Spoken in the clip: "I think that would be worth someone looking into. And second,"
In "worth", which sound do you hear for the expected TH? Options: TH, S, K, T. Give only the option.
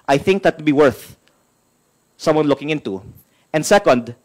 TH